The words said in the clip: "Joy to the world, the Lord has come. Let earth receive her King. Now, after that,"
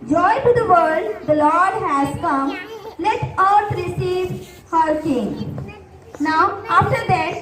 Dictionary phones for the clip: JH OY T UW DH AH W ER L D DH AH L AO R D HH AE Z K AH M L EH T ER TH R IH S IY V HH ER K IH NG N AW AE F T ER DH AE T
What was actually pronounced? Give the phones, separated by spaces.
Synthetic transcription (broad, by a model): JH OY T UW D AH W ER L D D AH L AO R D HH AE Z K AH M L EH T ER T R IH S IY V HH ER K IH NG N AW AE F T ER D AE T